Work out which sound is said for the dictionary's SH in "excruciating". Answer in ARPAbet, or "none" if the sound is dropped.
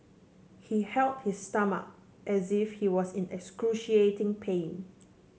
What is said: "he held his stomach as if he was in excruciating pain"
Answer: SH